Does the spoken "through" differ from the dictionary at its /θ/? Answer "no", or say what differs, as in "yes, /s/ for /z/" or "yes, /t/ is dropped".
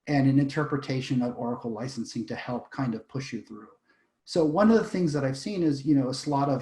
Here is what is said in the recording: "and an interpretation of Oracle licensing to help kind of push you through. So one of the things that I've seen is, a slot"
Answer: no